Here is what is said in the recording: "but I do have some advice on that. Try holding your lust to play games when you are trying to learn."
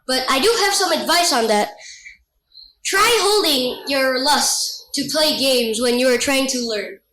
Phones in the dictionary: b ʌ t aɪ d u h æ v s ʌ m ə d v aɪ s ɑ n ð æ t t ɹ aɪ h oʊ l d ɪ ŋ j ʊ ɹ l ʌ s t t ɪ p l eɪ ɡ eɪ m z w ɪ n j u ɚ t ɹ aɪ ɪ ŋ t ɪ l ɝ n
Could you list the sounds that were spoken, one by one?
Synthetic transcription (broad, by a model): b ʌ t aɪ d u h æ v s ʌ m ə d v aɪ s n ð æ t t ɹ aɪ h oʊ l d ɪ ŋ j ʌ ɹ l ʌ s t t ɪ p l eɪ ɡ eɪ m z w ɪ n j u ɚ t ɹ aɪ ɪ ŋ t ɪ l ɝ n